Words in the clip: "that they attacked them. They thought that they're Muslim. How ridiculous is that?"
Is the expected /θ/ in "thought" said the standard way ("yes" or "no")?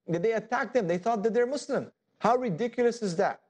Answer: yes